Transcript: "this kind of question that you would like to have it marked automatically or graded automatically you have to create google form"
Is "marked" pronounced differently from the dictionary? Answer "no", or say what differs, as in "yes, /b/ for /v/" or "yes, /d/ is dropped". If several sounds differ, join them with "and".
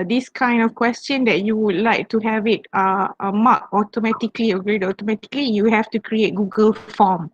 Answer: yes, /t/ is dropped